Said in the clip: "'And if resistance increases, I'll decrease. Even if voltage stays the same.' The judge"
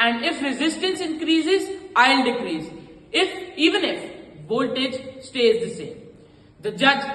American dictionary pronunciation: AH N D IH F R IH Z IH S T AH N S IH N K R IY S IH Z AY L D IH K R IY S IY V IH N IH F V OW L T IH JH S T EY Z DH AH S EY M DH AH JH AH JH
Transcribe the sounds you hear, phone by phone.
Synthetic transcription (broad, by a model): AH N D IH F R IH Z IH S T AH N S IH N K R IY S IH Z AY L D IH K R IY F IY V IH N IH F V OW L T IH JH S T EY Z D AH S EY M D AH JH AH JH